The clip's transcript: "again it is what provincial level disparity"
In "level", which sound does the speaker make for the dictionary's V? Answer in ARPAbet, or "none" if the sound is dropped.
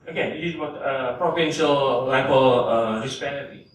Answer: B